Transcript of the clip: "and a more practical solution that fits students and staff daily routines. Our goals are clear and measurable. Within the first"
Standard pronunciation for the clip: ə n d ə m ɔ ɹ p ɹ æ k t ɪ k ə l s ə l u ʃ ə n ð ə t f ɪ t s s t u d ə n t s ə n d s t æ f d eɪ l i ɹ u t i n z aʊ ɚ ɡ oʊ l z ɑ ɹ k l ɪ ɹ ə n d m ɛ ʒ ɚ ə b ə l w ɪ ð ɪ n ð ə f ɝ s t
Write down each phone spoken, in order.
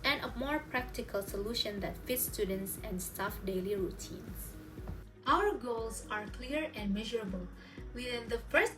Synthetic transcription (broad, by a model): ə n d ə m ɔ ɹ p ɹ æ k t ɪ k ə l s ə l u ʃ ə n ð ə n f ɪ t s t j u d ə n t s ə n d s t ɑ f d eɪ l i ɹ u t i n s aʊ ɚ ɡ oʊ l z ɑ ɹ k l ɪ ɹ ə n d m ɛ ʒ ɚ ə b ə l w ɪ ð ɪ n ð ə f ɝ s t